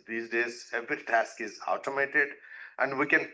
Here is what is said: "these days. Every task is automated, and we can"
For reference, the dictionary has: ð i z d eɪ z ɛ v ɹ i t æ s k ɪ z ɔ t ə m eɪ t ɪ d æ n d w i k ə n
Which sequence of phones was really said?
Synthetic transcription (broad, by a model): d i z d eɪ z ɛ v ɹ i t æ s k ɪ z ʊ t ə m eɪ t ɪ d æ n d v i k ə n